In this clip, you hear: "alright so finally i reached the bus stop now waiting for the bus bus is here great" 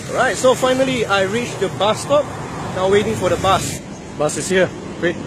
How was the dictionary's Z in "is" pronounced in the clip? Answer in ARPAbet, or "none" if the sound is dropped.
S